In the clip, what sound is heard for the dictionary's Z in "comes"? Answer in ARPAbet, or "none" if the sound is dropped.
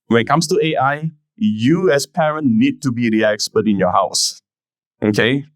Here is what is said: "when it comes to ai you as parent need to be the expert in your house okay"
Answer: S